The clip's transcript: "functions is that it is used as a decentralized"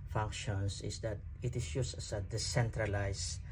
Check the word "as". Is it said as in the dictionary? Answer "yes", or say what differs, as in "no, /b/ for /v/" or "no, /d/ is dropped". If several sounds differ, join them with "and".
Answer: no, /s/ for /z/